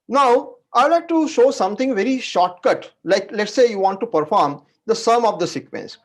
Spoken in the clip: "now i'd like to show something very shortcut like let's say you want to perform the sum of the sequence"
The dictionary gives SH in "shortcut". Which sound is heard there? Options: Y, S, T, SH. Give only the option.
SH